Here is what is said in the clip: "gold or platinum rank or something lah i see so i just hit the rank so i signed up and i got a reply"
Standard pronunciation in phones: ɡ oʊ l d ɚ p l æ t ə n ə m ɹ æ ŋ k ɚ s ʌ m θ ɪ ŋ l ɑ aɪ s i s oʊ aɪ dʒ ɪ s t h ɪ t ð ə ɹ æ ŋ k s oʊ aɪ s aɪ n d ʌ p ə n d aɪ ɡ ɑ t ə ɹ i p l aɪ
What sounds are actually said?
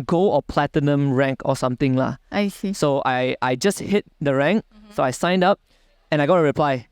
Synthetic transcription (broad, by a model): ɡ oʊ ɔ p l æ t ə n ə m ɹ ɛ ŋ k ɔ s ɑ m t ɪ ŋ l ɑ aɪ s i s oʊ aɪ dʒ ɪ s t h ɪ t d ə ɹ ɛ ŋ k s oʊ aɪ s aɪ n d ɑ p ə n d aɪ ɡ ɑ t ə ɹ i p l aɪ